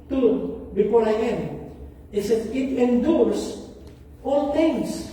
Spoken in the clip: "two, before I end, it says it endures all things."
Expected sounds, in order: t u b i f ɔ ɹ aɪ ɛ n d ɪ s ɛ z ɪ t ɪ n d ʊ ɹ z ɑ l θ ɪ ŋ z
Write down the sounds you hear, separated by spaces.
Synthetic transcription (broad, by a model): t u b i f ɔ ɹ aɪ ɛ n ɪ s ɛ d ɪ t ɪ n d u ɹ s ɑ l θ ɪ ŋ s